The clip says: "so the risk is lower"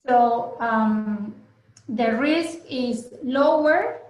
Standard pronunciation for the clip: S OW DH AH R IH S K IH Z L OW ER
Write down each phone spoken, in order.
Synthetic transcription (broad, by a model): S OW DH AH R IH S K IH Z L OW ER